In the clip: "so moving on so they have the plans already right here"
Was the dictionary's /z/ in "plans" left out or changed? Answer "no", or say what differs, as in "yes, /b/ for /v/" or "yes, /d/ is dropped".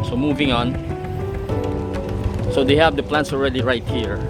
yes, /s/ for /z/